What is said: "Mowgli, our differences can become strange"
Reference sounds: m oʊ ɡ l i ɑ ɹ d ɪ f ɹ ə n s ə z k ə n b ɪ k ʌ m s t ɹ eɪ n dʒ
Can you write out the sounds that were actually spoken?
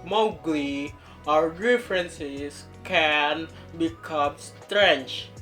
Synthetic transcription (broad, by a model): m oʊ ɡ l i ɑ ɹ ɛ f ɹ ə n s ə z k ə n b ɪ k ʌ m s t ɹ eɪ n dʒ